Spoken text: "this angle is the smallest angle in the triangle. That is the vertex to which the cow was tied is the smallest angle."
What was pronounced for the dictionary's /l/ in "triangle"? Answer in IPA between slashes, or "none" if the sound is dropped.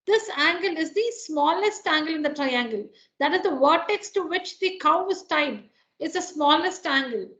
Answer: /l/